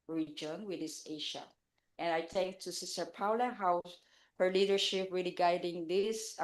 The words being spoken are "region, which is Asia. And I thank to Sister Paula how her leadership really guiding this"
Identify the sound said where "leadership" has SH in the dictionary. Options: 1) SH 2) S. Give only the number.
1